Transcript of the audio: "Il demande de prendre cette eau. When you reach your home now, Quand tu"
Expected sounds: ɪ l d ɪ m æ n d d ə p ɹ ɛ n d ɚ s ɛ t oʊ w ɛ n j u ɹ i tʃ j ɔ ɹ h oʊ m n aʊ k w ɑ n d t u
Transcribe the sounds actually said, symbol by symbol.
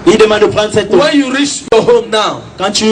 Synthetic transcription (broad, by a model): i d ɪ m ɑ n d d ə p l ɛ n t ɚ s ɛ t oʊ w ɛ n j u ɹ i tʃ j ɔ h oʊ m n aʊ k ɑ n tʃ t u